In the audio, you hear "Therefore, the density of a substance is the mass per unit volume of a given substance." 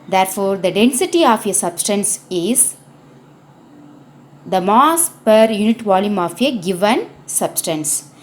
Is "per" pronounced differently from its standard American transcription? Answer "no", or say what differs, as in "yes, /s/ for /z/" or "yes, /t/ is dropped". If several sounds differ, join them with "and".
no